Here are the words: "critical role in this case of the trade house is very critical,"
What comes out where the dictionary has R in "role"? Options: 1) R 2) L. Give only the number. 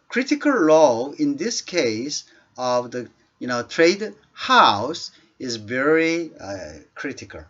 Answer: 2